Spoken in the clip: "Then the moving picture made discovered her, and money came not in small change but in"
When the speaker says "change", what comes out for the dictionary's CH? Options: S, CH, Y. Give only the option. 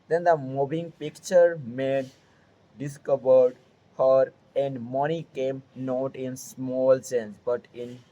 S